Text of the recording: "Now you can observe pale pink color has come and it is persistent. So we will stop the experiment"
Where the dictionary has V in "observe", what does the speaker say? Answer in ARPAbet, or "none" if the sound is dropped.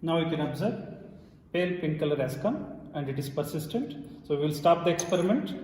B